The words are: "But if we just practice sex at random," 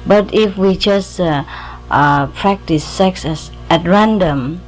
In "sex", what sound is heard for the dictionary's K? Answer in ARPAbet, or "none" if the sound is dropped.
none